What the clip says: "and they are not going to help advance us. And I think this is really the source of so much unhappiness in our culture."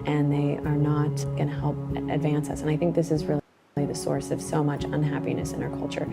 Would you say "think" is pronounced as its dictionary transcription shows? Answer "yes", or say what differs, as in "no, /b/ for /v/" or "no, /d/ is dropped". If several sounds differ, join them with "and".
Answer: yes